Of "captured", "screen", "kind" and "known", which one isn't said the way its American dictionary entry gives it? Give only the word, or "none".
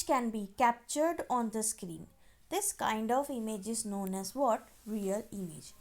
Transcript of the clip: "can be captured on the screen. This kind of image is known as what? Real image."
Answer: none